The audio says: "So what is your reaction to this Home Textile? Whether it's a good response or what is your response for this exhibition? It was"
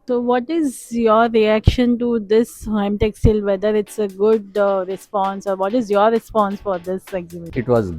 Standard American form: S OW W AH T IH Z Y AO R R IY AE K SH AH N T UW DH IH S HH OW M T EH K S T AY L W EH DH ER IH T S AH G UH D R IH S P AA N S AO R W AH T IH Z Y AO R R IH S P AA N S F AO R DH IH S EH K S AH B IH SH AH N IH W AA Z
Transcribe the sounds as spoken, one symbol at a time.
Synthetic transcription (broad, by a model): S OW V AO T IH Z Y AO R R IY AE K SH AH N T UW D IH S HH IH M T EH K S T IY L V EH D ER IH T S AH G UH D R IH S P AA N S AO R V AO T IH Z Y AO R R IH S P AA N S F AO R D IH S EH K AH IH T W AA Z